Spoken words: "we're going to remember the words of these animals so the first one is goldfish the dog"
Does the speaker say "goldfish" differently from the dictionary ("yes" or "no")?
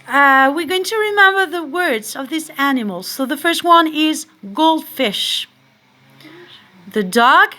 no